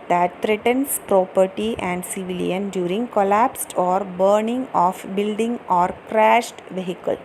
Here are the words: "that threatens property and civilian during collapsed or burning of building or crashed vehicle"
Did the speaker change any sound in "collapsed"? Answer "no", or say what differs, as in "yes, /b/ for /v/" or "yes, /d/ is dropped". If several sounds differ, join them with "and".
no